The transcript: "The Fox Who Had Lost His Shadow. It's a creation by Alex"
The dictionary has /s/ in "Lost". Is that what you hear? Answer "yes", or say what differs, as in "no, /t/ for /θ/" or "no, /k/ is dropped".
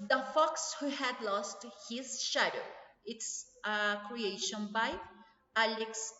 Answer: yes